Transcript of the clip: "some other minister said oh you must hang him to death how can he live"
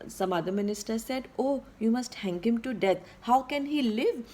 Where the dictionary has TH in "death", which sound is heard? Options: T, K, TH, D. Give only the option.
T